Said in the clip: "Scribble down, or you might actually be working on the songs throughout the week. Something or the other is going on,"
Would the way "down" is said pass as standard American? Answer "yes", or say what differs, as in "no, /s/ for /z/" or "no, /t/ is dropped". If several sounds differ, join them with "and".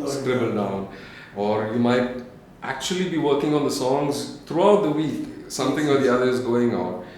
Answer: yes